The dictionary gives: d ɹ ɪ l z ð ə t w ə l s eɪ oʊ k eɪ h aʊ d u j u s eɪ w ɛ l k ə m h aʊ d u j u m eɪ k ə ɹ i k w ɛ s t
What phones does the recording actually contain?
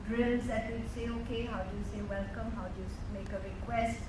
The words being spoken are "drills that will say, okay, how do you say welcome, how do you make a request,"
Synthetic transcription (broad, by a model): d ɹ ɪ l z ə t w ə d s eɪ oʊ k eɪ h aʊ d u j u s eɪ w ɛ l k ə m h aʊ d u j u m eɪ k ə ɹ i k w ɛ s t